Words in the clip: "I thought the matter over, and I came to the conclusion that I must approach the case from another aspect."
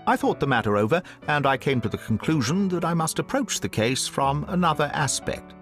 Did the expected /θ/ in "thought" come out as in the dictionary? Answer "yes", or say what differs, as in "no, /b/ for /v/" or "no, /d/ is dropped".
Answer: yes